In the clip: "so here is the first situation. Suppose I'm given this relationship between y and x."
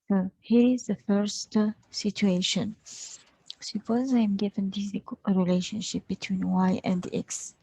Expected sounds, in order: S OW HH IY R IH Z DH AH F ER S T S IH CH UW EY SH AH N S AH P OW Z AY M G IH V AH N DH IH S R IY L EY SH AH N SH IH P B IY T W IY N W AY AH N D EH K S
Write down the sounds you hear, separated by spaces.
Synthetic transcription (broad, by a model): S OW HH IY R IH Z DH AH F ER S T S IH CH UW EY SH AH N S AH P OW Z AY M G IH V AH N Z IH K R IY L EY SH AH N SH IH P B IY T W IY N W AY AH N D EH K S